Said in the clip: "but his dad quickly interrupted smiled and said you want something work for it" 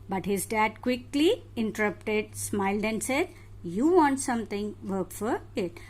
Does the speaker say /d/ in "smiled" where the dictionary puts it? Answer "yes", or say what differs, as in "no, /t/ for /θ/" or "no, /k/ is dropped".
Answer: yes